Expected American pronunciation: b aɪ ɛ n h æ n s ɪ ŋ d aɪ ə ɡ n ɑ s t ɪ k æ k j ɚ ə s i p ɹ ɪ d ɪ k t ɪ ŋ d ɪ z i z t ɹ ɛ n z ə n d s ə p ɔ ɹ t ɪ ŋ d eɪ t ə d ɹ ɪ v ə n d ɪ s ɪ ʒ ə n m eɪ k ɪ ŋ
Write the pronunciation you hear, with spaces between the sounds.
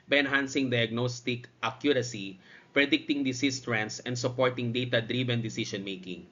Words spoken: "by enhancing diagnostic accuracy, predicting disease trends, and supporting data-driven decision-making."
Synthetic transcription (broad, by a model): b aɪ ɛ n h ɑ n s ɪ ŋ d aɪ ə ɡ n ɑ s t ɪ k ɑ k j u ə s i p ɹ ɪ d ɪ k t ɪ ŋ d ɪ s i s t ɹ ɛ n s ə n d s ə p ɔ ɹ t ɪ ŋ d eɪ t ə d ɹ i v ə n d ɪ s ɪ ʃ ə n m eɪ k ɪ ŋ